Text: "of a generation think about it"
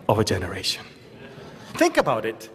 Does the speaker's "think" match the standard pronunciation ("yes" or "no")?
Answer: yes